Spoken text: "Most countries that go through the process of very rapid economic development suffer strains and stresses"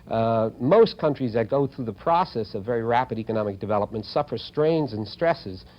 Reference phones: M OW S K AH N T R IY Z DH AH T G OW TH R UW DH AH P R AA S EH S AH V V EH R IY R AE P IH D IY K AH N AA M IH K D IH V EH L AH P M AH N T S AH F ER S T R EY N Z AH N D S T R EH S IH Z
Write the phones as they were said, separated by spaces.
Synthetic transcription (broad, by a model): M OW S K AH N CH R IY Z DH AH T G OW TH R UW DH AH P R AA S EH S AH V V EH R IY R AE P IH D IY K AH N AA M IH K D IH V EH L AH P M AH N T S AH F ER S T R EY N Z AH N S T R EH S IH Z